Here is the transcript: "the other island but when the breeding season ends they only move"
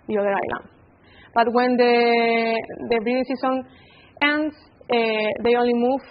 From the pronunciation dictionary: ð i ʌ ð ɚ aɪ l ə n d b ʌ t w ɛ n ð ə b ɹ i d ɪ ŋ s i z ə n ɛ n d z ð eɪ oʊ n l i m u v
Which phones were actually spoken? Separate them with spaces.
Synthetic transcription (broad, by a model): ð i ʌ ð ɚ aɪ l ə n d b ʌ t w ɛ n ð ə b ɹ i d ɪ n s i s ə n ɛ n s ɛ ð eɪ oʊ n l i m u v